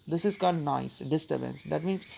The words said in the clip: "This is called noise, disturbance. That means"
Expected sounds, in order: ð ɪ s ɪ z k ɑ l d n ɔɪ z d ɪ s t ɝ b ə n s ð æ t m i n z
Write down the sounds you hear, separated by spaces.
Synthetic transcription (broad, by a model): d ɪ s ɪ z k ɑ l d n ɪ s d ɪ s t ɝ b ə n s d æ t m i n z